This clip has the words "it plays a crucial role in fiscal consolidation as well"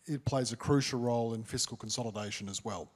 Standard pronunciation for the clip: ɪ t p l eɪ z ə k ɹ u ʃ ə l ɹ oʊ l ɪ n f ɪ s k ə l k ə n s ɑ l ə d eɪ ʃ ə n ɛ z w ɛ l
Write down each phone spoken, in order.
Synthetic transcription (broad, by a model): ɪ t p l eɪ z ə k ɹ u ʃ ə l ɹ oʊ l ɪ n f ɪ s k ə l k ə n s ɑ l ə d eɪ ʃ ə n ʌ z w ɛ l